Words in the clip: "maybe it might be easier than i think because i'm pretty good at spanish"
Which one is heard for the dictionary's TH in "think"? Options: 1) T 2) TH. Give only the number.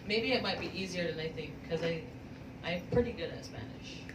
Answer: 2